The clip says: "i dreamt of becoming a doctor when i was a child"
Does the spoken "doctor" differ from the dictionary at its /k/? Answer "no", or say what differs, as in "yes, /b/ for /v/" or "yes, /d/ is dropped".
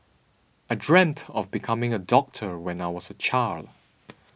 no